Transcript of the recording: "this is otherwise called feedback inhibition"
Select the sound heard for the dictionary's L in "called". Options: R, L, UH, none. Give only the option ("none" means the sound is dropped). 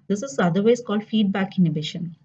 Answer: L